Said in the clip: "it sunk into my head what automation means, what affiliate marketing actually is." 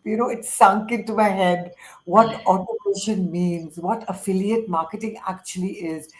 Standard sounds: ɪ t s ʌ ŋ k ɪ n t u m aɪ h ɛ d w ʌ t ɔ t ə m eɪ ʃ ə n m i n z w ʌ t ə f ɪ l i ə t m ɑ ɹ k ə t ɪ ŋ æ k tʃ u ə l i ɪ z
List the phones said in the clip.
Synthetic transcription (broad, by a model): ɪ t s ʌ ŋ k ɪ n t u m aɪ h ɛ d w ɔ t ɔ t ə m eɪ ʃ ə n m i n z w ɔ t ə f ɪ l i ə t m ɑ ɹ k ə t ɪ ŋ æ k tʃ u ə l i ɪ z